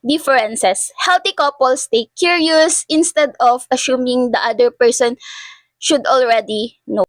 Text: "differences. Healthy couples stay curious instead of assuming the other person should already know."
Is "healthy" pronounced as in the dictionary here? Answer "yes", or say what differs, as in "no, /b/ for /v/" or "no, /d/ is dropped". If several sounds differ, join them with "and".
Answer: no, /t/ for /θ/